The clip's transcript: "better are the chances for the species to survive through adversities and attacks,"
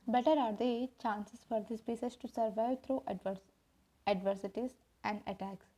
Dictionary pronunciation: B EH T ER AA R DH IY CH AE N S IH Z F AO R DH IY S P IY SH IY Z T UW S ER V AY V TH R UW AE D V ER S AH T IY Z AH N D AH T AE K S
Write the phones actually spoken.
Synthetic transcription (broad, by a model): B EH T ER AA R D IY CH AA N S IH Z F AO R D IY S P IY S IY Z T UW S ER V AY V T R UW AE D V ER S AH T IY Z AH N D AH T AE K S